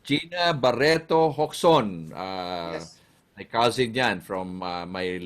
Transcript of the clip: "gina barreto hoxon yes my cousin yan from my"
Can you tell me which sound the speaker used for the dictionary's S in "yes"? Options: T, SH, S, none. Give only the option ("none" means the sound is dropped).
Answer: none